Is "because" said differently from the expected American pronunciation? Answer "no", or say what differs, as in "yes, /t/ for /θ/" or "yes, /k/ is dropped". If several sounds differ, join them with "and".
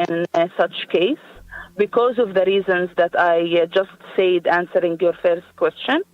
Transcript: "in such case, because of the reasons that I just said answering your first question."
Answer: no